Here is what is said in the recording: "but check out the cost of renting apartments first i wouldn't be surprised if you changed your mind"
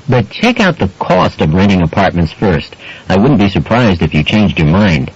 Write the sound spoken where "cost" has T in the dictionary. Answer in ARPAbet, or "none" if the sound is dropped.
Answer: T